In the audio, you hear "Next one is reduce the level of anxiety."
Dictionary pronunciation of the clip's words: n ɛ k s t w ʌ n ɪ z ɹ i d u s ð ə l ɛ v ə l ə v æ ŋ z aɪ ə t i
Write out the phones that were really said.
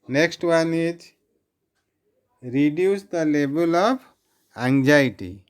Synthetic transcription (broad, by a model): n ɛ k s t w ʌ n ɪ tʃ ɹ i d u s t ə l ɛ b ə l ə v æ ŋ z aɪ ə t i